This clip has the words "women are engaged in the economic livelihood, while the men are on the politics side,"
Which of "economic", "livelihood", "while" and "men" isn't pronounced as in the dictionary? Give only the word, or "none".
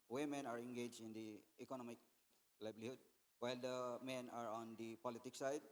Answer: livelihood